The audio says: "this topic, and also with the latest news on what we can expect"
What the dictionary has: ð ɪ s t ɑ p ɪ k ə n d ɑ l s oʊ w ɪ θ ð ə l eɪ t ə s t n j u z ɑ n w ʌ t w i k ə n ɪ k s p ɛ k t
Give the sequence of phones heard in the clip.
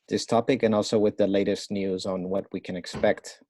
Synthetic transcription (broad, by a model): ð ɪ s t ɑ p ɪ k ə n ɑ l s oʊ w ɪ ð ə l eɪ t ə s t n j u z n w ʌ t w i k ə n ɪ k s p ɛ k t